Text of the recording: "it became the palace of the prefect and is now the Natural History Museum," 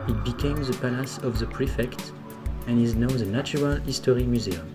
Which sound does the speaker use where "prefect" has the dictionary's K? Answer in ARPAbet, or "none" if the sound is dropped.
K